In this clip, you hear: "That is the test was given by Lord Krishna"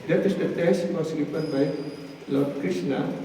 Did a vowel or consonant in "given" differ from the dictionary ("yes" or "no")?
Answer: yes